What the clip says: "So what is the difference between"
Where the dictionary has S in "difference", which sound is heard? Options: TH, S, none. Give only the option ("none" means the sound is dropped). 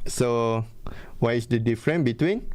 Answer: none